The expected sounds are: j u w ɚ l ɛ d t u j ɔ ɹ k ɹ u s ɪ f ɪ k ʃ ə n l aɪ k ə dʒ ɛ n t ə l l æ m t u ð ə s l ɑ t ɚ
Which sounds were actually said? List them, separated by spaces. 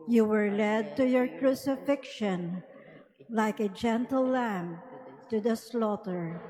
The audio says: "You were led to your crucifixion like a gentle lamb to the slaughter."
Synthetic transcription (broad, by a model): j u w ɚ l ɛ d t u j ɔ ɹ k ɹ u s ɪ f ɪ k ʃ ə n l aɪ k ə dʒ ɛ n t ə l l æ m t u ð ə s l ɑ t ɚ